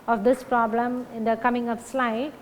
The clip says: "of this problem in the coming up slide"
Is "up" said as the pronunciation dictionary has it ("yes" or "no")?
no